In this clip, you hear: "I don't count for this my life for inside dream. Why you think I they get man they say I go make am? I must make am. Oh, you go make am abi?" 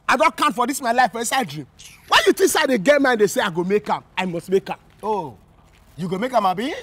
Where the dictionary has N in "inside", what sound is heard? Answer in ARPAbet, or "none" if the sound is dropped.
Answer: none